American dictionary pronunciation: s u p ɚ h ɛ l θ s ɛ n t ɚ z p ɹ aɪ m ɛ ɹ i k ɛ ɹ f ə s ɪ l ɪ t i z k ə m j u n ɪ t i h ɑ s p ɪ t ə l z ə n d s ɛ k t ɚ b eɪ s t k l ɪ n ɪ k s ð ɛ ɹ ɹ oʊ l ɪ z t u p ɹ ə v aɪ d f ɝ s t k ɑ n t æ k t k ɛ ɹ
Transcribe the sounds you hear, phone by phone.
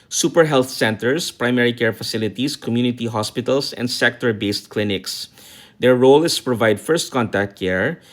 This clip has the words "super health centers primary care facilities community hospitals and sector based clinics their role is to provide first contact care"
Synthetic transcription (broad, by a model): s u p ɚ h ɛ l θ s ɛ n t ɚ s p ɹ aɪ m ɛ ɹ i k ɛ ɹ f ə s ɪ l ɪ t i s k ə m j u n ɪ t i h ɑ s p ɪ t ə l s ə n d s ɛ k t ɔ b eɪ s t k l ɪ n ɪ k s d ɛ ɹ ɹ oʊ l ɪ s t u p ɹ ə v aɪ d f ɝ s t k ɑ n t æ k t k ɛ ɹ